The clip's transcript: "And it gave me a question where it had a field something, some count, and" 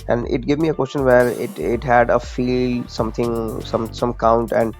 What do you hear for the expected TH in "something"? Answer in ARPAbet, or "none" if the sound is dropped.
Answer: T